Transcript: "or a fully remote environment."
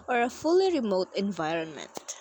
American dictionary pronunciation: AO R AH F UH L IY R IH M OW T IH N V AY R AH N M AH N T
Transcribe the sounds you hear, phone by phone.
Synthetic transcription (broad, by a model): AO R AH F UH L IY R IH M OW T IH N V AY R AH N M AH N T